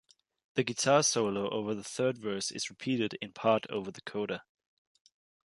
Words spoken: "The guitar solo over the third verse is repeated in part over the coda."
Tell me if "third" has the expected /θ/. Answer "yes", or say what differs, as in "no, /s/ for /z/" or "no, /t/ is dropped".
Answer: yes